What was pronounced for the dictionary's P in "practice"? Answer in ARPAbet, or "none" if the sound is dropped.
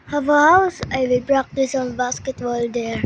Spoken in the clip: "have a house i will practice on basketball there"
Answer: B